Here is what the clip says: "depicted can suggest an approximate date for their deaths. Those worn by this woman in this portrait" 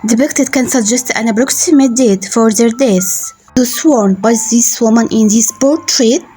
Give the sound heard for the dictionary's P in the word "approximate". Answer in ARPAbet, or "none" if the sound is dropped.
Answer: B